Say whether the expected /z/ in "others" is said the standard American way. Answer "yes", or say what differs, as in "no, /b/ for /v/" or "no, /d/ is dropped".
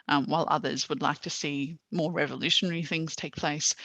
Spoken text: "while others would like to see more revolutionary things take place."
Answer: yes